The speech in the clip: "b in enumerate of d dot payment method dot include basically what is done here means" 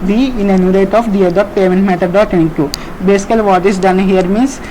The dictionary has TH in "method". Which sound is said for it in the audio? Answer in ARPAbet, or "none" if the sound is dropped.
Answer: T